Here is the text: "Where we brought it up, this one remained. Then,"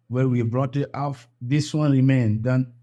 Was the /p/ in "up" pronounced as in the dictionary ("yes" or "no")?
no